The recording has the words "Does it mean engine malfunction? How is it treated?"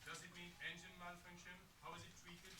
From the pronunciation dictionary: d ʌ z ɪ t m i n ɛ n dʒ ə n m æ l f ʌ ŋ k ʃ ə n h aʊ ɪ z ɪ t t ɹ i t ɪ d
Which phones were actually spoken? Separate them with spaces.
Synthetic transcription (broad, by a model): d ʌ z ɪ t m i n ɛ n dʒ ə n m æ n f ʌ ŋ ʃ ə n h aʊ ɪ z ɪ t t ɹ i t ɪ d